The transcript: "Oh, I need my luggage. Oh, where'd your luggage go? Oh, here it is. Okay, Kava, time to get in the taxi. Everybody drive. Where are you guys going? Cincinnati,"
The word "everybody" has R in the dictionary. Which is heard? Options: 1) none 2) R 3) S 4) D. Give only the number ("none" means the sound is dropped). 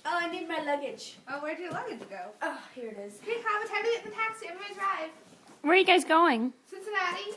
1